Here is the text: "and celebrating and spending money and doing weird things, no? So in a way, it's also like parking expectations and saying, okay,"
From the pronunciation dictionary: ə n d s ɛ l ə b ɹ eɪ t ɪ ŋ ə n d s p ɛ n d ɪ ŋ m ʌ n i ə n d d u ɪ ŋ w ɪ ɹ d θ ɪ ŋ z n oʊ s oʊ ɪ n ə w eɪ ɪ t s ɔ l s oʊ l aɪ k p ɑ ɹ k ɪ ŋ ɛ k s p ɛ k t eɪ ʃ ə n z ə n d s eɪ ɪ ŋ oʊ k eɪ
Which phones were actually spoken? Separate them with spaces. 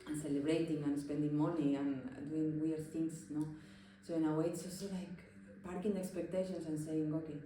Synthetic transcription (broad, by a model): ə n s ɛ l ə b ɹ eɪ t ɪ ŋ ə n s p ɛ n d ɪ ŋ m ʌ n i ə n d d u ɪ ŋ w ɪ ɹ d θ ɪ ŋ s n oʊ s oʊ ɪ n ə w eɪ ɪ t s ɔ s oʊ l aɪ k p ɑ ɹ k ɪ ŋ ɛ k s p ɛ k t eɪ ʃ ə n s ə n s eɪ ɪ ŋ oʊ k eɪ